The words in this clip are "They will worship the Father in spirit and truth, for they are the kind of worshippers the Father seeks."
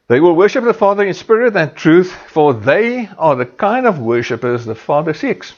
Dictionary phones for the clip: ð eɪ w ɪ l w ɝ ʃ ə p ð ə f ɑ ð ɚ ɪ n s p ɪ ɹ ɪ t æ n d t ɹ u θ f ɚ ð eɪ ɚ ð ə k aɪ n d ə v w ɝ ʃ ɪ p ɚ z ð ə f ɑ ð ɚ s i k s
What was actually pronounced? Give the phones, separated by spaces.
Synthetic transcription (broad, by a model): ð eɪ w ɪ l w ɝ ʃ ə p ð ə f ɑ ð ɚ ɪ n s p ɪ ɹ ɪ t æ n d t ɹ u θ f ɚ ð eɪ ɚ ð ə k aɪ n d ə v w ɝ ʃ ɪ p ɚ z ð ə f ɑ ð ɚ s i k s